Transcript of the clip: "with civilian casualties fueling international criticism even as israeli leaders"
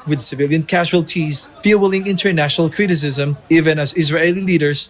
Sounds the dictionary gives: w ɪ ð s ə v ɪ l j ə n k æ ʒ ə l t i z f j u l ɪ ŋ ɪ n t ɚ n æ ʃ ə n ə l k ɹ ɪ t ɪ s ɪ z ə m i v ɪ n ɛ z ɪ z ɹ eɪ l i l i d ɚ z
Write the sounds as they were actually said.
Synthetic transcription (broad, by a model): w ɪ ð s ə v ɪ l j ə n k æ ʒ ə l t i z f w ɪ l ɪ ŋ ɪ n t ɚ n æ ʃ ə n ə l k ɹ ɪ t ɪ s ɪ z ə m i v ɪ n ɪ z ɪ z ɹ eɪ l i l i d ɚ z